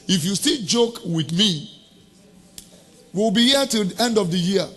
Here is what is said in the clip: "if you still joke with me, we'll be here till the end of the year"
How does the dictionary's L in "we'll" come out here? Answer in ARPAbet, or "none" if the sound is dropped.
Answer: W